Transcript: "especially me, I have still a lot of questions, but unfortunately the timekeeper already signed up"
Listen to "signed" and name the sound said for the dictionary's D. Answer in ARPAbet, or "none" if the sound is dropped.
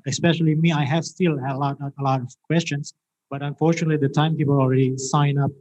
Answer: none